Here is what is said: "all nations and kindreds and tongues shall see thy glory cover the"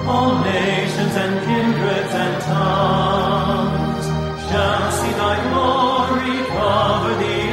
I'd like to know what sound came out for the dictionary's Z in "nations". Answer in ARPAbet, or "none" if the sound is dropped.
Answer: Z